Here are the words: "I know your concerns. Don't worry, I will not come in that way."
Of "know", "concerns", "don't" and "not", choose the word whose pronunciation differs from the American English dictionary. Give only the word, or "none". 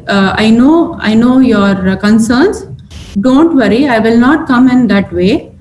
concerns